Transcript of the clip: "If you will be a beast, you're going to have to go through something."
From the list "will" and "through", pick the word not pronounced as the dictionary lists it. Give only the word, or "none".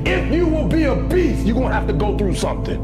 none